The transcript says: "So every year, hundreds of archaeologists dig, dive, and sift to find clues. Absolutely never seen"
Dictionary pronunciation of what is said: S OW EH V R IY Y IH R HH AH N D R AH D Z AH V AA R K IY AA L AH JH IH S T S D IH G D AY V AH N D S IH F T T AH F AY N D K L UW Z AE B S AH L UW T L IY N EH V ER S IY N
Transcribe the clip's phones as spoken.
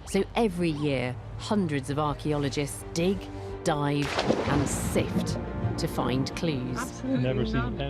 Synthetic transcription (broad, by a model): S OW EH V R IY Y IH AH HH AH N D R AH D Z AH V AA K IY AA L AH JH IH S T S D IH G D AY V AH N S IH F T T AH F AY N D K L UW Z N EH V ER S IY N